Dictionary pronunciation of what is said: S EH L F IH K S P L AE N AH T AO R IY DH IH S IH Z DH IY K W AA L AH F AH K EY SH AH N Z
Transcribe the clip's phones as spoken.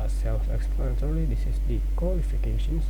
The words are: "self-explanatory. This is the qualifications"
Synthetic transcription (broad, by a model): S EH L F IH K S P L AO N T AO L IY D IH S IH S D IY K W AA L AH F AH K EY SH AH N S